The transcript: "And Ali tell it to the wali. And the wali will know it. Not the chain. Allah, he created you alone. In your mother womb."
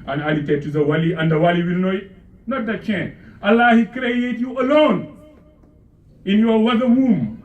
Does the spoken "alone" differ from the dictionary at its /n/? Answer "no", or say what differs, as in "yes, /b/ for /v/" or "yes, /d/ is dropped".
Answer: no